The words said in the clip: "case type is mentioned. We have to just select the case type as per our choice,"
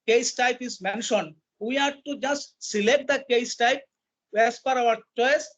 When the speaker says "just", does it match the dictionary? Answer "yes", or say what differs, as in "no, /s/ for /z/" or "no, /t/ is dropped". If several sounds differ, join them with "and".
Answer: yes